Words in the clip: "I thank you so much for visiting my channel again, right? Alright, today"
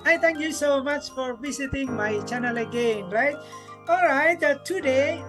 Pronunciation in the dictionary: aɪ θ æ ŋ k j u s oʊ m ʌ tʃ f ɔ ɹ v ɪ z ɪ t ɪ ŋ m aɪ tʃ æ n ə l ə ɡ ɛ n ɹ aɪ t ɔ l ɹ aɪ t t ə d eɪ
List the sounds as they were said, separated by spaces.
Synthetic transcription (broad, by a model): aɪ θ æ ŋ k j u s oʊ m ʌ tʃ f ɔ ɹ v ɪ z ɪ t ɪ ŋ m aɪ tʃ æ n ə l ə ɡ ɛ n ɹ aɪ t ɔ l ɹ aɪ t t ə d eɪ